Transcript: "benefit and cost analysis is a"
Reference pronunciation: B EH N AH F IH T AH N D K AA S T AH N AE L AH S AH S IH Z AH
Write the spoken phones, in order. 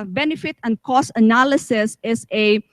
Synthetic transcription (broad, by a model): B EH N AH F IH T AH N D K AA S AH N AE L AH S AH S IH S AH